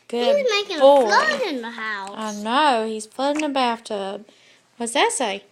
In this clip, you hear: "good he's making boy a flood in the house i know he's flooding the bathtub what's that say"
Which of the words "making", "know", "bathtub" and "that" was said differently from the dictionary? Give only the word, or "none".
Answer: bathtub